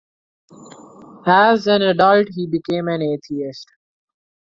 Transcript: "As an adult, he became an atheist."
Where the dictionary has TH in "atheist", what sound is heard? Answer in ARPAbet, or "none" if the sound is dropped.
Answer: T